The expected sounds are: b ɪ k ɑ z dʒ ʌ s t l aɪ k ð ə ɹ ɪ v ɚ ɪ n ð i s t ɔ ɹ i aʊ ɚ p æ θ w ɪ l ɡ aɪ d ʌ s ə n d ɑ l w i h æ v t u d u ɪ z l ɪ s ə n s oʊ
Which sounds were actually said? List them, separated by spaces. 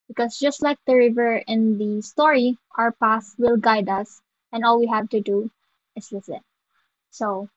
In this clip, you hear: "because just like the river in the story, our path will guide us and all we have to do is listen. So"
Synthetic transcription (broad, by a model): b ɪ k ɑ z dʒ ʌ s t l aɪ k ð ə ɹ ɪ v ɚ ɪ n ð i s t ɔ ɹ i aʊ ɚ p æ s w ɪ l ɡ aɪ d ʌ s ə n ɑ l w i h æ v t u d u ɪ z l ɪ s ə n s oʊ